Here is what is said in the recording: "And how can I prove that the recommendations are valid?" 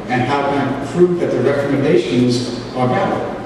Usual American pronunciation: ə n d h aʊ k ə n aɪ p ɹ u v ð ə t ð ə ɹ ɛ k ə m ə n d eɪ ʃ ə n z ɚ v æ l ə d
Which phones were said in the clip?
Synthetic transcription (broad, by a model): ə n h aʊ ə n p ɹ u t ð ə t ð ə ɹ ɛ k ə m ə n d eɪ ʃ ə n z ɚ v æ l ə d